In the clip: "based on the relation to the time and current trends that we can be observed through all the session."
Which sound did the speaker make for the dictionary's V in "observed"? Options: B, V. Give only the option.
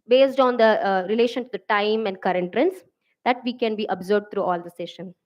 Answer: B